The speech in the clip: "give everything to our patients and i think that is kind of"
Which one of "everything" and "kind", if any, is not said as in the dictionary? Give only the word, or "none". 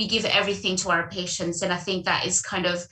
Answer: none